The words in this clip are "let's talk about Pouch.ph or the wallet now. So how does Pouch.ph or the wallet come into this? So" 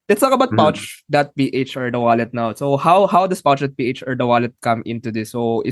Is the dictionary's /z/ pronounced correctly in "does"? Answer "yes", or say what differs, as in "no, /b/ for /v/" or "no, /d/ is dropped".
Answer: no, /s/ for /z/